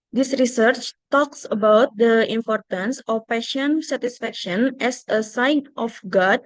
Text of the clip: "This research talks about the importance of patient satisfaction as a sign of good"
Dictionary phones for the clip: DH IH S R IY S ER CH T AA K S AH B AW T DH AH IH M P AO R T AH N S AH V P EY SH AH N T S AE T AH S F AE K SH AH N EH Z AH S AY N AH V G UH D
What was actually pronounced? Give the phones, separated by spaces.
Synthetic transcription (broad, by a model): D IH S R IY S ER CH T AA K S AH B AW T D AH IH M P AO R T AH N S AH F P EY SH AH N S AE T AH S F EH K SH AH N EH S AH S AY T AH F G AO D